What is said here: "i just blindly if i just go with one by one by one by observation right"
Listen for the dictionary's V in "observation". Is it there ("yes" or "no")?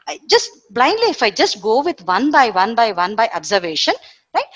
yes